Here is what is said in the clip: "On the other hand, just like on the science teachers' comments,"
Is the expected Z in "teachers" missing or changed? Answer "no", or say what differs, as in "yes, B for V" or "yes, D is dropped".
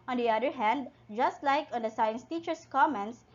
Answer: yes, S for Z